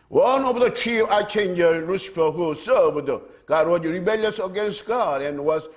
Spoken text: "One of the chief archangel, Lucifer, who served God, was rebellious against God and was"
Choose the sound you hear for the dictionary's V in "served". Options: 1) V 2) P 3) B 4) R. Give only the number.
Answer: 3